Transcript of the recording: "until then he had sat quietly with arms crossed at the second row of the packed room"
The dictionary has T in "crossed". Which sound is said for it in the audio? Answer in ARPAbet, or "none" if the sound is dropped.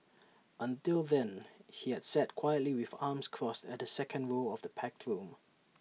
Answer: T